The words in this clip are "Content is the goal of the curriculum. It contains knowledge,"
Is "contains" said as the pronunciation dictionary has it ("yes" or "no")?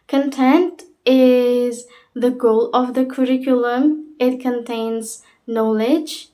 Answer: yes